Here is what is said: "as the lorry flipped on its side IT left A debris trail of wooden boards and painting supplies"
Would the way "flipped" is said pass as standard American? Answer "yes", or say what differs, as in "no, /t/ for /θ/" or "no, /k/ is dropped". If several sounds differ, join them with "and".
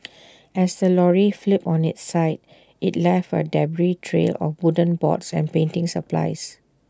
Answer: no, /t/ is dropped